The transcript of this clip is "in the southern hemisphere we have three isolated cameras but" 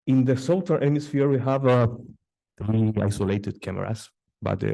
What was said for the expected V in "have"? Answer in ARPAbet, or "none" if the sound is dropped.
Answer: V